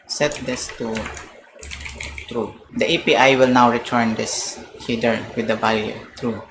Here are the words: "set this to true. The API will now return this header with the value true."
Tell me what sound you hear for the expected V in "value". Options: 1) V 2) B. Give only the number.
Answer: 2